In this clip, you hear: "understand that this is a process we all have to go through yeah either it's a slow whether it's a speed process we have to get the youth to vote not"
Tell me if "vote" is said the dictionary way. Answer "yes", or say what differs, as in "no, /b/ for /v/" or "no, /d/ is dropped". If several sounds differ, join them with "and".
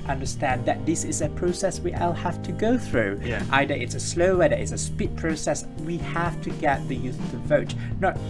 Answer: yes